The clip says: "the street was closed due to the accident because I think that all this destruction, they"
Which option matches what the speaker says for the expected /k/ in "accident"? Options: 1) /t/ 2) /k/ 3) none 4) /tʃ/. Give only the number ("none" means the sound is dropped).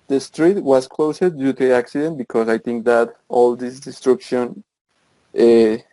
2